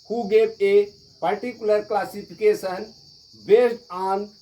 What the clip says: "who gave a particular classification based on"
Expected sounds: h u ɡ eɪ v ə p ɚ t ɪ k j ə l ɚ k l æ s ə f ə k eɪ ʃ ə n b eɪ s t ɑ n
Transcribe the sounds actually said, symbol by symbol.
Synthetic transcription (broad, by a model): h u ɡ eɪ b ə p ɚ t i k j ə l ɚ k l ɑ s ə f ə k eɪ s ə n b eɪ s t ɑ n